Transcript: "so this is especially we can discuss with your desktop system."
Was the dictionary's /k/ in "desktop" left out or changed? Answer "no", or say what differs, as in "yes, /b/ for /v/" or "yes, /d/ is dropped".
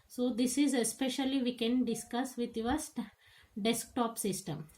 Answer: no